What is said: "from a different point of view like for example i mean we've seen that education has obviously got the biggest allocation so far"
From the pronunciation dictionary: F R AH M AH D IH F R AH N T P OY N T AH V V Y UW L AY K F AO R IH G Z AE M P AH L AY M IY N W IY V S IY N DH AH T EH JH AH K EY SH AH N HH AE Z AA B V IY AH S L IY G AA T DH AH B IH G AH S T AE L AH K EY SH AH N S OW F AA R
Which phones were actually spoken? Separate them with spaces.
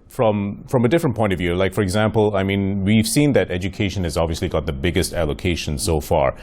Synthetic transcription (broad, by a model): F R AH M AH D IH F R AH N P OY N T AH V V Y UW L AY K F AO R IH G Z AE M P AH L AY M IY N W IY V S IY N DH AH T EH JH AH K EY SH AH N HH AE Z AA B V IY AH S L IY G AA T DH AH B IH G AH S T AE L AH K EY SH AH N S OW F AA R